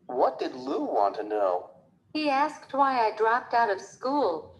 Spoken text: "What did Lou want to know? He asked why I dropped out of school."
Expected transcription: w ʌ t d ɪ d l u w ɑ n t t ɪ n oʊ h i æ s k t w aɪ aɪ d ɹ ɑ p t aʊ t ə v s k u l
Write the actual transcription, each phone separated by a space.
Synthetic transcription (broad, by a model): w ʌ t d ɪ d l u w ɑ n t t ɪ n oʊ h i æ s k t w aɪ aɪ d ɹ ɑ p t aʊ t ə v s k u l